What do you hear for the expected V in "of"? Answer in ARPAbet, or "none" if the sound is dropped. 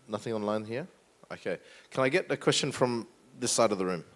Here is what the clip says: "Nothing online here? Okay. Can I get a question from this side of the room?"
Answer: V